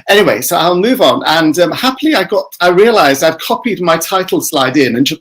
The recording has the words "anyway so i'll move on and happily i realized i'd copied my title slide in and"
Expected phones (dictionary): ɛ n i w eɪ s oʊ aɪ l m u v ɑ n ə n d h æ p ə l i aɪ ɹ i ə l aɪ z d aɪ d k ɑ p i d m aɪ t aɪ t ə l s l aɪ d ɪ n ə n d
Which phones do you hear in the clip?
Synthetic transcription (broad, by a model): ɛ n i w eɪ s oʊ aɪ l m u v n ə n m h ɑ p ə l i aɪ ɹ i ə l aɪ z d aɪ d k ɑ p i d m aɪ t aɪ t l s l aɪ d ɪ n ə n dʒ